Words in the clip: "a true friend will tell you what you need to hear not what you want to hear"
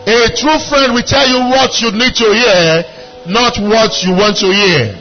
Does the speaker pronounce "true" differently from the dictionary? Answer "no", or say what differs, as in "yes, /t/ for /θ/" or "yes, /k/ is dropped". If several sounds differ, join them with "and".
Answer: no